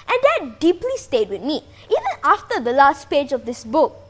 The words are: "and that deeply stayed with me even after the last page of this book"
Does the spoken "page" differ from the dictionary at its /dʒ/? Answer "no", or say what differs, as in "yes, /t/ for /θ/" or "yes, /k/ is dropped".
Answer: no